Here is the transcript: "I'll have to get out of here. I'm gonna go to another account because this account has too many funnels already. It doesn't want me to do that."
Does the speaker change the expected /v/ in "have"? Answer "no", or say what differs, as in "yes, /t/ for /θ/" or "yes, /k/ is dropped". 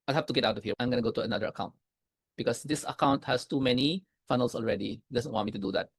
yes, /f/ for /v/